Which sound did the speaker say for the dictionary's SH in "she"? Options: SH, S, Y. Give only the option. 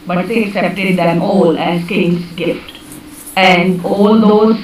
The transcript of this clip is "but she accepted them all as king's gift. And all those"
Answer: S